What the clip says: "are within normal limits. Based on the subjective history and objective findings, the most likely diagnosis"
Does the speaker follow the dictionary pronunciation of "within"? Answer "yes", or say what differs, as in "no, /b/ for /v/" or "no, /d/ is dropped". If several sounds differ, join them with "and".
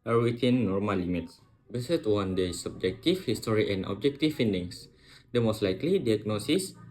no, /t/ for /θ/